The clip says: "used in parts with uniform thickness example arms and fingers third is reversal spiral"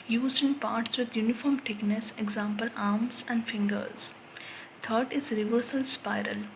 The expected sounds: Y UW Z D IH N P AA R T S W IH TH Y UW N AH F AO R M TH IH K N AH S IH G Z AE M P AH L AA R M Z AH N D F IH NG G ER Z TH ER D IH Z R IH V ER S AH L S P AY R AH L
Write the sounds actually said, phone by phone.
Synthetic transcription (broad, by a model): Y UW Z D IH N P AA R T S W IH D Y UW N AH F AO R M T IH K N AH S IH G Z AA M P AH L AA R M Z AH N D F IH NG G ER Z T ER D IH Z R IH V ER S AH L S P AY R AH L